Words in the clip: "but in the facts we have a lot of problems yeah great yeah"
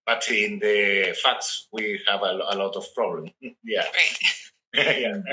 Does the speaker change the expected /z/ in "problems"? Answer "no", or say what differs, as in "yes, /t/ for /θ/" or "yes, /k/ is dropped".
yes, /z/ is dropped